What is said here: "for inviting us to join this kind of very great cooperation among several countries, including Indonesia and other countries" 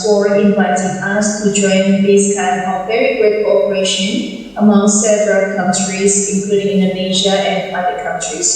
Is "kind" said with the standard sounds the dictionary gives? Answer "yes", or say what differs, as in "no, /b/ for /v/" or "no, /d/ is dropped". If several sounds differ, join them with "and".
no, /d/ is dropped